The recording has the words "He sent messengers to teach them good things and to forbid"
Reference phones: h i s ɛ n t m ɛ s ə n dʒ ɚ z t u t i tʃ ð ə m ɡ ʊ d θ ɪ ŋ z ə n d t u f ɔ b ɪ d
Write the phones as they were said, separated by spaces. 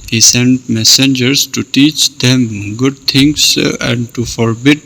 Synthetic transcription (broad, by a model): h i s ɛ n t m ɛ s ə n dʒ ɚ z t u t i tʃ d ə m ɡ ʊ d t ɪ ŋ s ə n d t u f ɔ b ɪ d